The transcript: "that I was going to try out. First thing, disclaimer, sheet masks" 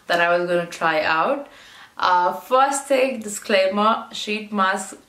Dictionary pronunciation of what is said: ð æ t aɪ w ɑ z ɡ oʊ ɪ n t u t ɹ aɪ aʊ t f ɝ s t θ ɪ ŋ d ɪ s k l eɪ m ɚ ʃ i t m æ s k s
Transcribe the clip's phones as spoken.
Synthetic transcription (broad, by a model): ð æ t aɪ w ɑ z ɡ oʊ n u t ɹ aɪ aʊ t f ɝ s t t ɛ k d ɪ s k l eɪ m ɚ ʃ i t m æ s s